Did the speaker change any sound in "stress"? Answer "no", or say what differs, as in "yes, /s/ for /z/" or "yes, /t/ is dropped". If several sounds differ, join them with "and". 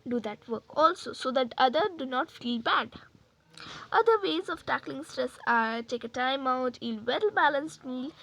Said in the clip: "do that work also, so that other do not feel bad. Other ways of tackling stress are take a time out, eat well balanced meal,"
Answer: no